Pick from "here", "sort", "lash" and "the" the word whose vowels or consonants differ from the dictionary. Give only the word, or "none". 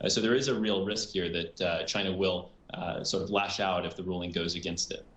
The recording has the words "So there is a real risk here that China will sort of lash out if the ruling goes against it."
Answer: none